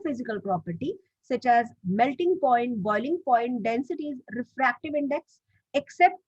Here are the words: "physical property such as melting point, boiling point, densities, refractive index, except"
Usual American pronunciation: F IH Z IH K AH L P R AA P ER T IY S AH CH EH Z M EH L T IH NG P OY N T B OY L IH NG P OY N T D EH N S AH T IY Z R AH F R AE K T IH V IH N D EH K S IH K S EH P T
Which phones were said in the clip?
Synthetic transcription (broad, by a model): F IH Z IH K AH L P R AA P ER T IY S AH CH EH Z M EH L T IH NG P OY N T B OY L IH NG P OY N T D EH N S AH T IY Z R AH F R AE K T IH V IH N D EH K S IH K S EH P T